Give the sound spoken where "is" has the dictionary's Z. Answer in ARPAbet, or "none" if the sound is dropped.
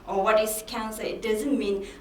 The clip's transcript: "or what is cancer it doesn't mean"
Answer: S